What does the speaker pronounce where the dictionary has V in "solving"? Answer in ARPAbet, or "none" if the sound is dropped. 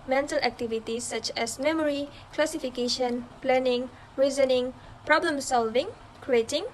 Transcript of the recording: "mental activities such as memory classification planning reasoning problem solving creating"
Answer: V